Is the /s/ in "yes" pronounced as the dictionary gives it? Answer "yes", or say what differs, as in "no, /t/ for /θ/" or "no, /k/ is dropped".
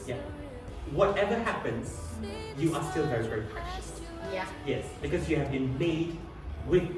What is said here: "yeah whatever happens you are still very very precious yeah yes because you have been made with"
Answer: yes